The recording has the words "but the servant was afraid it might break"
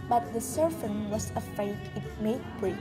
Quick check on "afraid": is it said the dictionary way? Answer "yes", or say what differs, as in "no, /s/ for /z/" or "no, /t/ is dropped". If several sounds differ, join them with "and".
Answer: no, /ɹ/ is dropped